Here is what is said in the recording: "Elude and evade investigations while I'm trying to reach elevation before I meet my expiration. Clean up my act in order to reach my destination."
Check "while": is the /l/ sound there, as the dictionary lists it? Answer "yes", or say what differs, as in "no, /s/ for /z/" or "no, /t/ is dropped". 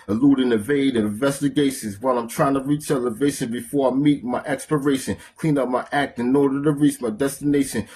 yes